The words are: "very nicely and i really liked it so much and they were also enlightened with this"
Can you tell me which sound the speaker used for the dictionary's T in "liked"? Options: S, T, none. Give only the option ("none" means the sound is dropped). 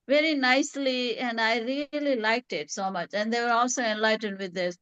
T